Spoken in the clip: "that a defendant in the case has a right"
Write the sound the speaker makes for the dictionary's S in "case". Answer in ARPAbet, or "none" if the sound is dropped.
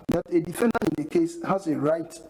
S